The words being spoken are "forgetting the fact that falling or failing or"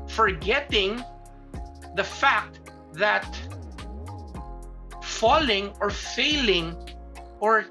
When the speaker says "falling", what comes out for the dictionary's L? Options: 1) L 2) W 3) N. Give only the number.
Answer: 1